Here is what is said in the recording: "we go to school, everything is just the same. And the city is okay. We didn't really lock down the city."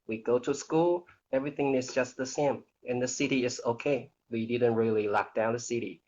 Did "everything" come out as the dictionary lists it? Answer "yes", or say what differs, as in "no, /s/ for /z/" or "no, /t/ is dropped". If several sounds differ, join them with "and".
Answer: yes